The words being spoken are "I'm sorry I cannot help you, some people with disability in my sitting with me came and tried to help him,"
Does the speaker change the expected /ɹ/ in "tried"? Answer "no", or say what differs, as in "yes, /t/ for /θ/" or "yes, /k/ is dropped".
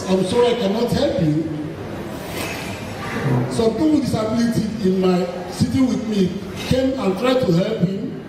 no